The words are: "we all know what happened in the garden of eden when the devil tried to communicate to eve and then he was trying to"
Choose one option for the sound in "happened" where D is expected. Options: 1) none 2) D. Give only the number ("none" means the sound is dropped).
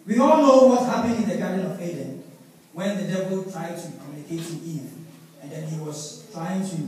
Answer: 1